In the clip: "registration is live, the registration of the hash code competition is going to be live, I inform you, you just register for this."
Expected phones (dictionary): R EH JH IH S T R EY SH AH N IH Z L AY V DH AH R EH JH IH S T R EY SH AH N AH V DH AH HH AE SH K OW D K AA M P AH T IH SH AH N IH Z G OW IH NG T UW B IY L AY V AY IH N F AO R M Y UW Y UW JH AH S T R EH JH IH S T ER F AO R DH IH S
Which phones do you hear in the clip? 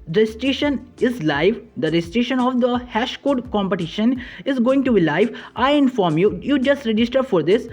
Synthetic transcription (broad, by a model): R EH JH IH S T R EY SH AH N IH Z L AY V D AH R EH JH IH S T R EY SH AH N AH V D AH HH AE SH K OW D K AA M P AH T IH SH AH N IH Z G OW IH NG T UW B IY L AY V AY IH N F AO R M Y UW Y UW JH AH S T R EH JH IH S T ER F AO R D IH S